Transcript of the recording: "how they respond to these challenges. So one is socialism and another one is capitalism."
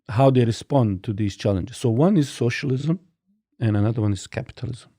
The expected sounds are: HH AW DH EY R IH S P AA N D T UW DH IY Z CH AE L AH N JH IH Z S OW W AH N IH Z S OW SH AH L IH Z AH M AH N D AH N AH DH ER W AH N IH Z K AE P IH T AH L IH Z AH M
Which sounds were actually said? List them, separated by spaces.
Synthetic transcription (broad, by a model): HH AW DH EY R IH S P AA N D T UW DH IY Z CH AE L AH N JH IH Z S OW W AH N IH Z S OW SH AH L IH Z AH M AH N AH N AH DH ER W AH N IH Z K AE P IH T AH L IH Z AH M